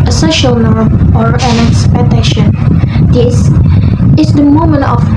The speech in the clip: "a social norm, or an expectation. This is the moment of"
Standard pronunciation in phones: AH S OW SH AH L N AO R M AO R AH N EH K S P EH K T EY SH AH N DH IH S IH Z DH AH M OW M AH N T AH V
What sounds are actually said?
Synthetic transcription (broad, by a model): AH S OW SH AH L N AO R M AO R AH N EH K S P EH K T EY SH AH N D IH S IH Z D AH M OW M AH N T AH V